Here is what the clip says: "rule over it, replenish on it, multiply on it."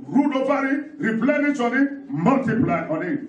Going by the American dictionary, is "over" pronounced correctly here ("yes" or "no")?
no